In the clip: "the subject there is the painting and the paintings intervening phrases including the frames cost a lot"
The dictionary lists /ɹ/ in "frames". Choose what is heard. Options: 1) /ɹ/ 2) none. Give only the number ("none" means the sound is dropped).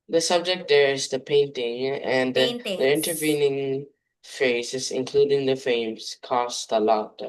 2